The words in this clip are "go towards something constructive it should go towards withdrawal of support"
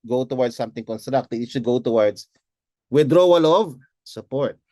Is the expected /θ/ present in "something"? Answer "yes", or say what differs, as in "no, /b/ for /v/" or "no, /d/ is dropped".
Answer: no, /t/ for /θ/